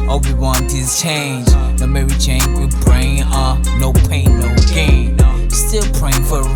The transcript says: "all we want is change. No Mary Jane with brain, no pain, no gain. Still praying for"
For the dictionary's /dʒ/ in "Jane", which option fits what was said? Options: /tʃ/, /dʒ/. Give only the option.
/tʃ/